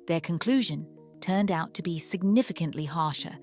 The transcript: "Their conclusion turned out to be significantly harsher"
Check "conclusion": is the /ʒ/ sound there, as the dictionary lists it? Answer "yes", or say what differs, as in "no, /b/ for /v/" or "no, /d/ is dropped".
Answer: yes